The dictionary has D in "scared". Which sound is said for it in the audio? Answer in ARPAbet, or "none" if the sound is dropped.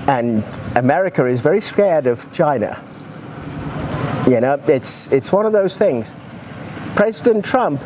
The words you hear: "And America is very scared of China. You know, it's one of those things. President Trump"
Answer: D